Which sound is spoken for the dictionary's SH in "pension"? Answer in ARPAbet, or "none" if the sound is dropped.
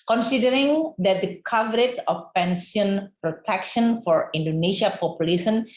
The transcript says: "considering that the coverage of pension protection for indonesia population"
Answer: S